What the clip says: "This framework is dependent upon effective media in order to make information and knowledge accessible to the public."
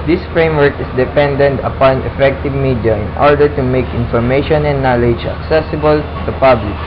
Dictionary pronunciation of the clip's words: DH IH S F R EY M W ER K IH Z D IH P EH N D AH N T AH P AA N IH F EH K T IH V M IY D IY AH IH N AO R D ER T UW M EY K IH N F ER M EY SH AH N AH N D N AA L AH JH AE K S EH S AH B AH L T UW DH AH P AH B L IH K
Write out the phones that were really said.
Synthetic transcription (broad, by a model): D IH S F R EY M W ER K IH S D IH P EH N D AH N T AH P AA N IH F EH K T IH V M IY D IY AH IH N AO R D ER T UW M EY K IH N F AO M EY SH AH N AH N N AA L AH JH AE K S EH S AH B AH L T UW P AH B L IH K